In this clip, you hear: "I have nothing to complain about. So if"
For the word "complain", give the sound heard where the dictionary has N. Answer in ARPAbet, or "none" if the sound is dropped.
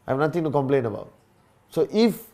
N